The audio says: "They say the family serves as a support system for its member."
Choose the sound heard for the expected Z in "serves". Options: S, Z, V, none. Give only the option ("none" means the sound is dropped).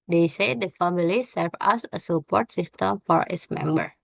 none